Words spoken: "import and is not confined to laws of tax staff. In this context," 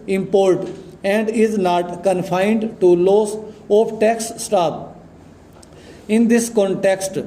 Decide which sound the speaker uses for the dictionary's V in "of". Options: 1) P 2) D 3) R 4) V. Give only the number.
1